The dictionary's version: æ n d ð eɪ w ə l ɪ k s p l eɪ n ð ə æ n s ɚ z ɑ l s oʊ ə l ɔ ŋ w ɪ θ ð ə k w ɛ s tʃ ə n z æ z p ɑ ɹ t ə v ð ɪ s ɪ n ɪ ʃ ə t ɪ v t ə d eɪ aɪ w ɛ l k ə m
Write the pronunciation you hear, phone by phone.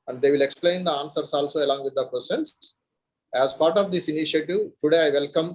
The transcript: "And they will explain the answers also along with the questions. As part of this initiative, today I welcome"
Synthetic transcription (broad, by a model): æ n d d eɪ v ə l ɪ k s p l eɪ n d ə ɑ n s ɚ s ɑ l s oʊ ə l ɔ ŋ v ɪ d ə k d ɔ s ə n s æ z p ɑ ɹ t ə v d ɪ s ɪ n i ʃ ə t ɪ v t ə d eɪ aɪ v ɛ l k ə m